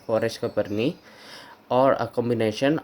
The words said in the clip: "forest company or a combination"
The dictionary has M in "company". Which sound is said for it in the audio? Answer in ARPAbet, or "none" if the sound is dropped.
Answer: none